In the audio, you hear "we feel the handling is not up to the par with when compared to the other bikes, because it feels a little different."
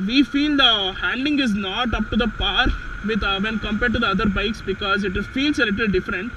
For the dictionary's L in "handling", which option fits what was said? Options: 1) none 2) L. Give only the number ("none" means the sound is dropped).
1